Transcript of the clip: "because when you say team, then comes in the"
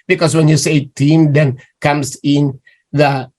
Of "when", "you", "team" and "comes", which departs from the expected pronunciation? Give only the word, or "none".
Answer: comes